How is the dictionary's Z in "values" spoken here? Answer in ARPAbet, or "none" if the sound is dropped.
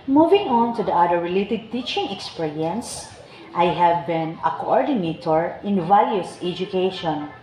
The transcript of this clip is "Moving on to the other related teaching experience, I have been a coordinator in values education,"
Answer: S